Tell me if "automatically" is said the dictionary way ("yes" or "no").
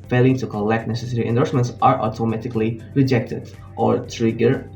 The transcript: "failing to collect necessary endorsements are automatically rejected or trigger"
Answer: yes